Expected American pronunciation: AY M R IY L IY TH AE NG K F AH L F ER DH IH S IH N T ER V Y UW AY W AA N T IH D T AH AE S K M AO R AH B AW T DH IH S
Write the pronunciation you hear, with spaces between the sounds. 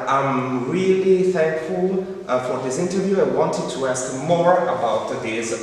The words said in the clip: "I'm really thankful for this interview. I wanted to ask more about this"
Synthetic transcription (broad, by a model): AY M R IY L IY TH AE NG K F AH L F ER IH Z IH N T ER V Y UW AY W AA N T IH D T AH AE S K M AO R AH B AW T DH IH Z